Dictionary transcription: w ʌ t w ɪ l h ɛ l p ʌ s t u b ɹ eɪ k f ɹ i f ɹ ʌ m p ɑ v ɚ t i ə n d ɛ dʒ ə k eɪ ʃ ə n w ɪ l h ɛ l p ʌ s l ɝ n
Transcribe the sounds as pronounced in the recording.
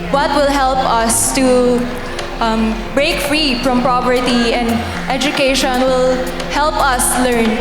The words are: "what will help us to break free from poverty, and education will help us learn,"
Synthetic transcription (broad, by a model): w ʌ t w ɪ l h ɛ l p ʌ s t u b ɹ eɪ k f ɹ i f ɹ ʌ m p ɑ p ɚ t i ə n d ɛ dʒ ə k eɪ ʃ ə n w ɪ l h ɛ l p ʌ s l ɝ n